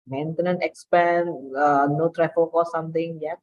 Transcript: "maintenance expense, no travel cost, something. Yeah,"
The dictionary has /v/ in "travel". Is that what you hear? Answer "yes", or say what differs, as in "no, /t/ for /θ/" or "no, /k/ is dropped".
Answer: no, /f/ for /v/